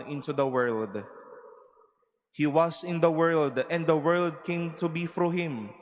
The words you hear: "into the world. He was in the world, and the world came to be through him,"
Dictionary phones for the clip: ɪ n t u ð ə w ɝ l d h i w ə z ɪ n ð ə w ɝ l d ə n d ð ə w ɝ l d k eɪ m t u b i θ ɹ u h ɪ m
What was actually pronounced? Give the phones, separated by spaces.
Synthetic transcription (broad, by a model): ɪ n t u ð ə w ɝ l d h i w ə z ɪ n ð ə w ɝ l d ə n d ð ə w ɝ l d k eɪ m t u b i f ɹ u h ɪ m